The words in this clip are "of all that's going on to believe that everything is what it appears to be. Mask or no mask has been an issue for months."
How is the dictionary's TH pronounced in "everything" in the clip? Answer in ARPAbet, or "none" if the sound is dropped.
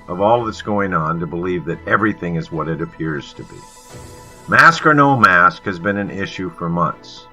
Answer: TH